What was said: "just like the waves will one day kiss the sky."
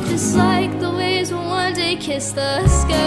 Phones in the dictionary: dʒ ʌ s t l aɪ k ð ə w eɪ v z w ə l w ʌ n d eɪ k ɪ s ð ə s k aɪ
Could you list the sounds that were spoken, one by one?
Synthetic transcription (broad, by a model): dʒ ʌ s t l aɪ k ð ə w eɪ z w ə n w ʌ n d eɪ k ɪ s ð ə s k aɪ